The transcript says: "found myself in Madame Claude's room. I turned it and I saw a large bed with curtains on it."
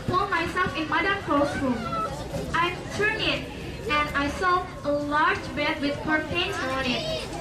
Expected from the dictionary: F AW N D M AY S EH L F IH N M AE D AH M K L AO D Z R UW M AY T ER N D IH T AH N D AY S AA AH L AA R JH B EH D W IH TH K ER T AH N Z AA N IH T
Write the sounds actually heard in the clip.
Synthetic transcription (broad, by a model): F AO M AY S EH L F IH N M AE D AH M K AO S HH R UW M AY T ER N IH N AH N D AY S AA AH L AA R JH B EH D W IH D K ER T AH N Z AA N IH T